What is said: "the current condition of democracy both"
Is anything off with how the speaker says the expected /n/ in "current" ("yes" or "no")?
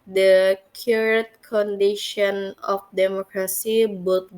yes